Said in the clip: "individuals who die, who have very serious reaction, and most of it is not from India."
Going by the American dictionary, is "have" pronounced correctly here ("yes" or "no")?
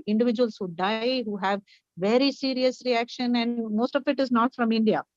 yes